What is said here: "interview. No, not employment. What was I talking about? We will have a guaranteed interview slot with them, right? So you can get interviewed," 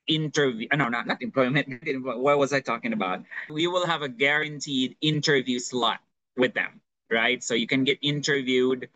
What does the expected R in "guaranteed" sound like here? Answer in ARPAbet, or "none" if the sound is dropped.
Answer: R